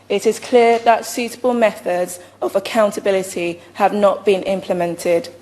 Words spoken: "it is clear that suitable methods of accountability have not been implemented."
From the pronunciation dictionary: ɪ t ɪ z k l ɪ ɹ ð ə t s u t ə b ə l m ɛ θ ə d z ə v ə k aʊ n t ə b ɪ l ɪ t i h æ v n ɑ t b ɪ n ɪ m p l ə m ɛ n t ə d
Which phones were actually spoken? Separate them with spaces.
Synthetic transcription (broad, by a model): ɪ t ɪ z k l ɪ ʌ ð ə t s u t ə b ə l m ɛ θ ə d z ə v ə k aʊ n t ə b ɪ l ɪ t i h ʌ v n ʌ t b ɪ n ɪ m p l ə m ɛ n t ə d